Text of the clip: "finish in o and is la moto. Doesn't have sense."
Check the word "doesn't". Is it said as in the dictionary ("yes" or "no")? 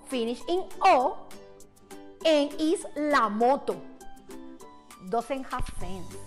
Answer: no